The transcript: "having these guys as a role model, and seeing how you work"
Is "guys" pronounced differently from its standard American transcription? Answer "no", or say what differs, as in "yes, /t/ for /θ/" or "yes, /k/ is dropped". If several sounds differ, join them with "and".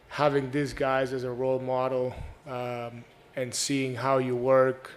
no